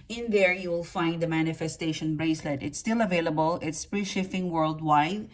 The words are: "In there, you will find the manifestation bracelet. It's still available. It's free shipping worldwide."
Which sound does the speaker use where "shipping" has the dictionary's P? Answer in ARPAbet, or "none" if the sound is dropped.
F